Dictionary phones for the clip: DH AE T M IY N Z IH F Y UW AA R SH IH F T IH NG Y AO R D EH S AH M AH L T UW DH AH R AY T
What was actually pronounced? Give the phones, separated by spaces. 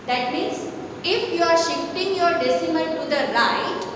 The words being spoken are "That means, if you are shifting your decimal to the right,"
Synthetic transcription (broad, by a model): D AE T M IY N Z IH F Y UW AA R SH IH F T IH NG Y AO R D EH S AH M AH N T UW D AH R AY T